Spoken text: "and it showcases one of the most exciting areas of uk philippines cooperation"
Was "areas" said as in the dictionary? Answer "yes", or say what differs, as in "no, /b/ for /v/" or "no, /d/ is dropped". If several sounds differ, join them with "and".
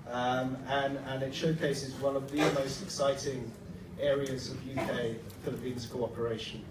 yes